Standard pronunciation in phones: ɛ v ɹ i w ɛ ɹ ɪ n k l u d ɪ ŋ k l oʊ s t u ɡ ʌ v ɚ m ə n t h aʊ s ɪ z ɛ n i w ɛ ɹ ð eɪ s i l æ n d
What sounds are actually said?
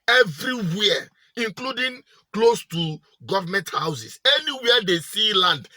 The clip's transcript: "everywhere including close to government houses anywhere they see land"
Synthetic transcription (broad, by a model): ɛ v ɹ i w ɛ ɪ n k l u d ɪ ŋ k l oʊ s t u ɡ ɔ v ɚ m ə n t h aʊ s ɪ s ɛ n i w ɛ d eɪ s i l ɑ n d